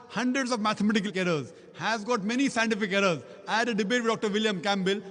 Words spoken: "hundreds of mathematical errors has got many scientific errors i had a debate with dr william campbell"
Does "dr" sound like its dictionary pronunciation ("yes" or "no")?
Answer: yes